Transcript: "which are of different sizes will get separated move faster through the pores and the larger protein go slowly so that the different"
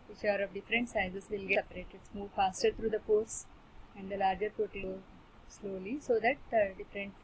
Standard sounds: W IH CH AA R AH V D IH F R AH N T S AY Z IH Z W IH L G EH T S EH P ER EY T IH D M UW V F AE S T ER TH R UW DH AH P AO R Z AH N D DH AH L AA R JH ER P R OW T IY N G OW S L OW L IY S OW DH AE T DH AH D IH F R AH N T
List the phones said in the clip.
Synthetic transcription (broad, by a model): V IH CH AA R AH V D IH F R AH N T S AY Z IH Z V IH L G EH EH P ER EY T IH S M UW V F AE S T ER T R UW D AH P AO R S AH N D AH L AA R JH ER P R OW T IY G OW S L OW L IY S OW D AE T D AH D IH F R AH N T